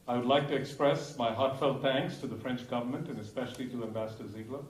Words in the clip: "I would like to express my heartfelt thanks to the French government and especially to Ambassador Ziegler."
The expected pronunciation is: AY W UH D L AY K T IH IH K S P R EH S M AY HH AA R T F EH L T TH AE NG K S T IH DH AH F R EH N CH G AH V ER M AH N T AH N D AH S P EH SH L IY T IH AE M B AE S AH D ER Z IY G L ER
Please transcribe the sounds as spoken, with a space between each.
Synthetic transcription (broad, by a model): AY W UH D L AY K T IH IH K S P R EH S M AY HH AA R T F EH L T TH AE NG K S T IH DH AH F R EH N CH G AH V ER M AH N T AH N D AH S P EH SH L IY T IH AE M B AE S AH D ER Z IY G L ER